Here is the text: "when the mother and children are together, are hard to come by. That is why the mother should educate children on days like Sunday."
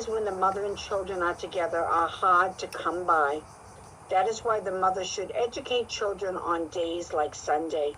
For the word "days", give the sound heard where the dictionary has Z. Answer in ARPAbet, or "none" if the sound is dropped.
Z